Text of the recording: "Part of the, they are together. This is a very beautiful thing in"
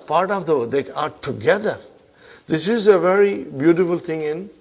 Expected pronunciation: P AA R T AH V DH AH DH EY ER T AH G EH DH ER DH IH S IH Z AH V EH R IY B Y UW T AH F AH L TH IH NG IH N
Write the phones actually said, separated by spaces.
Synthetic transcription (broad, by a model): P AA R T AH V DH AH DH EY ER T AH G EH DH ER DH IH S IH Z AH V EH R IY B Y UW T AH F AH L T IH NG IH N